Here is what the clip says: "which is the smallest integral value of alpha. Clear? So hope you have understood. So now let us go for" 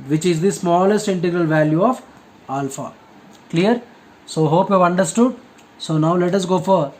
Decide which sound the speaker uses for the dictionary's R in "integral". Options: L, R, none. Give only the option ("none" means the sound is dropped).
R